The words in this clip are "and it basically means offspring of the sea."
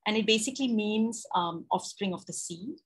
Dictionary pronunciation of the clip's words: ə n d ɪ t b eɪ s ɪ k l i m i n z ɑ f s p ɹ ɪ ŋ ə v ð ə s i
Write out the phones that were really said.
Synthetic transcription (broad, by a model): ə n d ɪ t b eɪ s ɪ k l i m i n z ɑ f s p ɹ ɪ ŋ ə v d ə s i